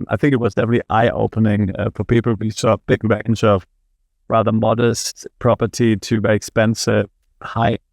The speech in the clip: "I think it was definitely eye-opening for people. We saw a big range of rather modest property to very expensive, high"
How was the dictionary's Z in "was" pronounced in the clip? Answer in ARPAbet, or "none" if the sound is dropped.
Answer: Z